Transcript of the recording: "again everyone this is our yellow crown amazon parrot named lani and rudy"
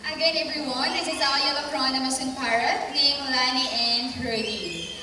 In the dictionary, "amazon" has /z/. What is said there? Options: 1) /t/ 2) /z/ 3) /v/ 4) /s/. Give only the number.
4